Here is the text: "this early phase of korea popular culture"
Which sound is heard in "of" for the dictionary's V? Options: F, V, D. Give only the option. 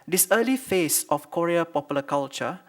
F